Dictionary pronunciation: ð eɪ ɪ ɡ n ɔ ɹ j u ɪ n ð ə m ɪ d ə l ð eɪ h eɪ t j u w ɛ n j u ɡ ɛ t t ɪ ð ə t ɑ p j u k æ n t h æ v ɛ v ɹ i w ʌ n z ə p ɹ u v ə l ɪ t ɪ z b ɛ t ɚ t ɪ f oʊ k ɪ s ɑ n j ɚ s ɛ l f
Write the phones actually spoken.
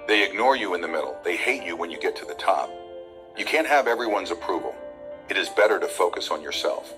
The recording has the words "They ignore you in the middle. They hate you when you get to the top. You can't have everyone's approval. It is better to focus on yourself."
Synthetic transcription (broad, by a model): ð eɪ ɪ ɡ n ɔ ɹ j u ɪ n ð ə m ɪ d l ð eɪ h eɪ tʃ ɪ w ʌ n j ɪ ɡ ɛ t t ɪ ð ə t ɑ p j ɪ k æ n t h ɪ v ɛ v ɹ i w ʌ n z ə p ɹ u v l ɪ t ɪ z b ɛ t ɚ t ɪ f oʊ k ɪ s n j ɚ s ɛ l f